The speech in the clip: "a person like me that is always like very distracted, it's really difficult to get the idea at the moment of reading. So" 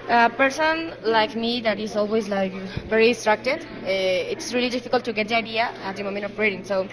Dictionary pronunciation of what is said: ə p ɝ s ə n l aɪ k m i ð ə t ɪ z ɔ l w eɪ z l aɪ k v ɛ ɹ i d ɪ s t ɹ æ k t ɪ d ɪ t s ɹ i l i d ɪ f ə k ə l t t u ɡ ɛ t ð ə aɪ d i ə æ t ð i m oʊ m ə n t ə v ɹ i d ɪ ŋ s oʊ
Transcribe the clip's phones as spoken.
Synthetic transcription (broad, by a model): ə p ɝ s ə n l aɪ k m i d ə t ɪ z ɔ l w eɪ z l aɪ k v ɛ ɹ i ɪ s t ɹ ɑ k t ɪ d ɪ t s ɹ i l i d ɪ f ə k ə l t t u ɡ ɛ t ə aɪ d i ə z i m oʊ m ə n ə p ɹ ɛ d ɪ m s oʊ